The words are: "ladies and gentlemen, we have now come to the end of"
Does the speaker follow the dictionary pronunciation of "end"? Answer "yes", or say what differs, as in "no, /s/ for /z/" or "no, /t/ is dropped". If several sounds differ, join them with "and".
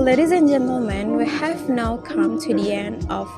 no, /d/ is dropped